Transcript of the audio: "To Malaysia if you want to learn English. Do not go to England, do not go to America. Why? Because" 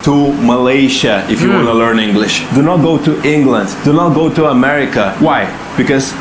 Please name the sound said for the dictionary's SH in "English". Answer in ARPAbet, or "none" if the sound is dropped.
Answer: SH